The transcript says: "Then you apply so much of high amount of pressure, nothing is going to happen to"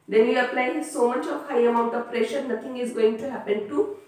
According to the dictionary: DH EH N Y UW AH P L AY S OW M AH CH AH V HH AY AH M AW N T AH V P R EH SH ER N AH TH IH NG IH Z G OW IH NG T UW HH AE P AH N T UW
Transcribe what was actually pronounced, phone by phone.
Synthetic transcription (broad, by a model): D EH N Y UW AH P L AY S OW M AH CH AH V HH AY AH M AW N T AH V P R EH SH ER N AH T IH NG IH Z G OW IH NG T UW HH AE P AH N T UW